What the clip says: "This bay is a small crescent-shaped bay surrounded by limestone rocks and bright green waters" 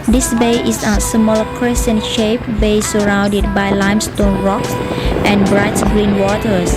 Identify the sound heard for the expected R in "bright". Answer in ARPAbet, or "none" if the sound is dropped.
R